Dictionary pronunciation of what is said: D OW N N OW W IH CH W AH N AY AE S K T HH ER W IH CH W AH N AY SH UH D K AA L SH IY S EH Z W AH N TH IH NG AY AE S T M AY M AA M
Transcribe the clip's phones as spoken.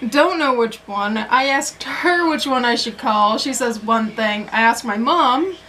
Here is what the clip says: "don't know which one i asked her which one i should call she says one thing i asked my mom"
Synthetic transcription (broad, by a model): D OW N N OW W IH CH W AH N AY AE S K T HH ER W IH CH W AH N AY SH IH D K AA L SH IY S EH Z W AH N TH IH NG AY AE S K M AY M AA M